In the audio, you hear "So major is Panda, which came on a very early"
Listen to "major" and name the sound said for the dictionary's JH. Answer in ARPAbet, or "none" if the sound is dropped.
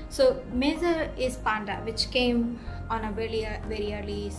Z